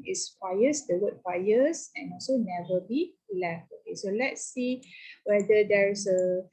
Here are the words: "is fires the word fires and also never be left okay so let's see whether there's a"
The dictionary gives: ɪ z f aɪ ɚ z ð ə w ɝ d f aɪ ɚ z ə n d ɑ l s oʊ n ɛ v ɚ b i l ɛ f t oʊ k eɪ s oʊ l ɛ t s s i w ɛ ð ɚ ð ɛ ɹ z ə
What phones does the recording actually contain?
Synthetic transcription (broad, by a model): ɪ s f aɪ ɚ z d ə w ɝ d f aɪ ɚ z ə n ɑ l s oʊ n ɛ v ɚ b i l ɛ f t oʊ k eɪ s oʊ l ɛ t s s i w ɛ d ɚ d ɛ ɹ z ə